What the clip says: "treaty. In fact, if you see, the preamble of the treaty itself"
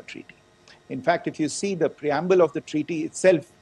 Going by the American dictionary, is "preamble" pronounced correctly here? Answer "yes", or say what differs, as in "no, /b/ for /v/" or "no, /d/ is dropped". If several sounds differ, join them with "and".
yes